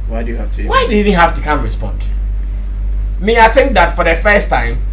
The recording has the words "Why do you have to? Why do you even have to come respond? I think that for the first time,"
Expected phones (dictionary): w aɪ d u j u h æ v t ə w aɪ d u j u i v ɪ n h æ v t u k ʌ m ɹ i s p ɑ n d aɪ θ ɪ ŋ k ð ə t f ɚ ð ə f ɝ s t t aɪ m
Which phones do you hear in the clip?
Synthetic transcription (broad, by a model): w aɪ d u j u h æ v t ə w aɪ d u j u i v ɪ n h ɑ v t u k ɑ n ɹ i s p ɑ n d aɪ θ ɪ ŋ k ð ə t f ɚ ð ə f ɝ s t t aɪ m